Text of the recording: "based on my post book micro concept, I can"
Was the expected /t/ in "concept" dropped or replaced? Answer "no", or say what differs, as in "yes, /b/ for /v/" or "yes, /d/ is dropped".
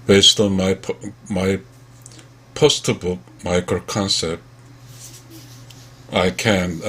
no